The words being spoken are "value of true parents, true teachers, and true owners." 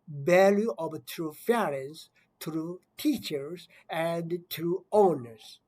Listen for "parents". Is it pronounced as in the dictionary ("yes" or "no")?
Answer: no